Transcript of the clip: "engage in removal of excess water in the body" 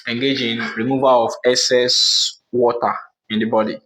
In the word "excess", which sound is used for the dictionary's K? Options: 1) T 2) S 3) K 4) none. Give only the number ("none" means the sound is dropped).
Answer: 4